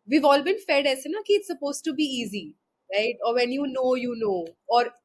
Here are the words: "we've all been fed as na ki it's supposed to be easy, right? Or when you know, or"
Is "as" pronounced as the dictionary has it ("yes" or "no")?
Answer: no